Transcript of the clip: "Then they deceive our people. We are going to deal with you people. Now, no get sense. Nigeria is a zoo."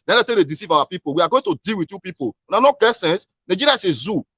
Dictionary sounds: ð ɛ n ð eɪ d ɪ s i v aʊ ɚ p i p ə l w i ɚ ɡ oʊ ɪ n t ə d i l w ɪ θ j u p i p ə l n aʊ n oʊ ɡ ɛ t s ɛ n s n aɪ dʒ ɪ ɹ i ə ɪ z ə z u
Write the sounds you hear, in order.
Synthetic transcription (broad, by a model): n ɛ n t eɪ d ɪ s i v aʊ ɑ p i p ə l w i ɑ ɡ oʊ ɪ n t ə d i l w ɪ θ j u p i p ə w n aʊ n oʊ ɡ ɛ t s ɛ n s n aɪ dʒ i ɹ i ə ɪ s ə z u